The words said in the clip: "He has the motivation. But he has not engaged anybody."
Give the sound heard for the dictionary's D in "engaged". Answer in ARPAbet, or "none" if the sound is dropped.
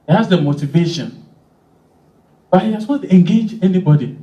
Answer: none